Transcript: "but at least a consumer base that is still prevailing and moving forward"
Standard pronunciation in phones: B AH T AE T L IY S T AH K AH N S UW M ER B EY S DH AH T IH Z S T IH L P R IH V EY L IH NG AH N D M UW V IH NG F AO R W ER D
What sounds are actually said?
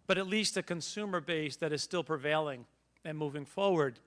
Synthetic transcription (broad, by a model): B AH T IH T L IY S T AH K AH N S UW M ER B EY S DH AH T IH Z S T IH L P R IH V EY L IH NG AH N M UW V IH NG F AO R W ER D